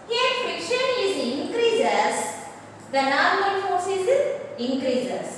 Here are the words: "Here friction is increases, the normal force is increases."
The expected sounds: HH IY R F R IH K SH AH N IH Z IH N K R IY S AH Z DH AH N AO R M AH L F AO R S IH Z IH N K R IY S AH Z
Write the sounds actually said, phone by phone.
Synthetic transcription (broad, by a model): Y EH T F IH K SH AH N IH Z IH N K R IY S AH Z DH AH N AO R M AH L F AO R S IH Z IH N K R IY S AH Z